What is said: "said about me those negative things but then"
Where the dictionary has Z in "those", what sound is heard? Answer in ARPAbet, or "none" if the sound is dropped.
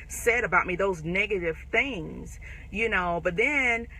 Z